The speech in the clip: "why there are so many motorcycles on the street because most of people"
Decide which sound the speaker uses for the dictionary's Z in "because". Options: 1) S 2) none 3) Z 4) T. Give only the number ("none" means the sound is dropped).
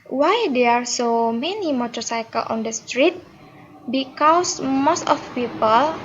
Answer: 1